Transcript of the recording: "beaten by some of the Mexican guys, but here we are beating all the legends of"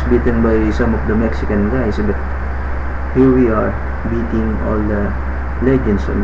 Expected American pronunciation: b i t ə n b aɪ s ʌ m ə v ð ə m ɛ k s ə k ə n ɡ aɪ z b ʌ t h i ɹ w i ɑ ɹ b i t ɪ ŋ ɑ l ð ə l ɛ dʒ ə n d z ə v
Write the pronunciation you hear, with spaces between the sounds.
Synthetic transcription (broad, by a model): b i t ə n b aɪ s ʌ m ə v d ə m ɛ k s ə k ə n ɡ aɪ s b ʌ t h i ɹ w i ɑ ɹ b i t ɪ ŋ ɑ l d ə l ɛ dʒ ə n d s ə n